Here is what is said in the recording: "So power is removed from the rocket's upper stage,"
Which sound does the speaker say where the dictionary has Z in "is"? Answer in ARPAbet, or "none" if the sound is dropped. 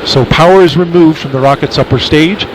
Z